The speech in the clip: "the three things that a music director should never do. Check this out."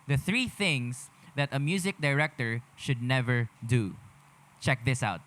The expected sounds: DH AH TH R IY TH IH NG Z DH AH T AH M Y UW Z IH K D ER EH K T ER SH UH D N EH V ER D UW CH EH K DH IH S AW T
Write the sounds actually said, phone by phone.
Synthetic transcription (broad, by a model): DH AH TH R IY TH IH NG S DH AH T AH M Y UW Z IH K D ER EH K T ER SH UH D N EH V ER D UW CH EH K DH IH S AW T